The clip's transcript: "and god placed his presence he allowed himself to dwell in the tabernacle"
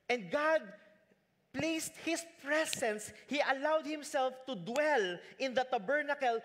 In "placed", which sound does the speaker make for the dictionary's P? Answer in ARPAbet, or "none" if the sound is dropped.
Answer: P